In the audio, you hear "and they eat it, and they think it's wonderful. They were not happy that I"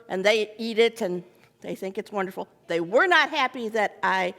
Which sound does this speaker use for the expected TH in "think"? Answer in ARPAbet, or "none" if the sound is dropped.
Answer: TH